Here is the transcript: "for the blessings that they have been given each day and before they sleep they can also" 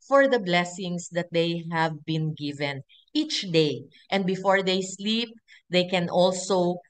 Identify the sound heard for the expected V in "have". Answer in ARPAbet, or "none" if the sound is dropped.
V